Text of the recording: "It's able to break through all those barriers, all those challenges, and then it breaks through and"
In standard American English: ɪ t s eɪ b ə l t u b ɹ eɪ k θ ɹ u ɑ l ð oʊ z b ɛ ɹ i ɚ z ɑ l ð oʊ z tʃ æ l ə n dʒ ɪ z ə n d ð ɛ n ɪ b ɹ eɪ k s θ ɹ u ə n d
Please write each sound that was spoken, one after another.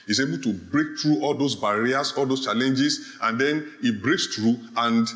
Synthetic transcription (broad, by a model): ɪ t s eɪ b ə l t u b ɹ eɪ k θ ɹ u ɑ l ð oʊ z b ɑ ɹ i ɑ s ɑ l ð oʊ s tʃ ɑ l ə n dʒ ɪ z ə n d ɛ n ɪ b ɹ eɪ k s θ ɹ u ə n d